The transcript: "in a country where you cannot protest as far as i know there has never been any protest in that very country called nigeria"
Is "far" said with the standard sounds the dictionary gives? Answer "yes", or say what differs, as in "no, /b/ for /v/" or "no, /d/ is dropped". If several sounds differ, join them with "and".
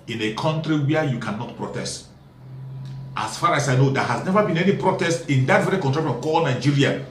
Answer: yes